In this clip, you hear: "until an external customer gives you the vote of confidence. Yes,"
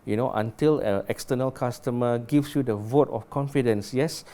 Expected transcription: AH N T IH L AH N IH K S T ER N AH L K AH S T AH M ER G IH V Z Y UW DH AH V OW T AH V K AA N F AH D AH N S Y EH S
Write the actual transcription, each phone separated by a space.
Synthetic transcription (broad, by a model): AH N T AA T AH L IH K S T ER N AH L K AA S T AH M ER G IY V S Y UW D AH V OW T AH F K AA N F AH D AH N S Y EH S